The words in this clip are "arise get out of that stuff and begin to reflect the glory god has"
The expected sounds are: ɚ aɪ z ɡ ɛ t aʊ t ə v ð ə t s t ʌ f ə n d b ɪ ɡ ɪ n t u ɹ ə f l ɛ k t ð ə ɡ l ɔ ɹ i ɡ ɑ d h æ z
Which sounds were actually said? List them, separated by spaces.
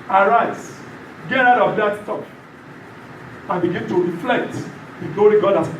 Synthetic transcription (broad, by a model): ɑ aɪ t ɡ ɛ t aʊ t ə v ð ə t s t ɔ p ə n b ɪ ɡ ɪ n t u ɹ ə f l ɛ k t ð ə ɡ l ɔ ɹ i ɡ ɑ d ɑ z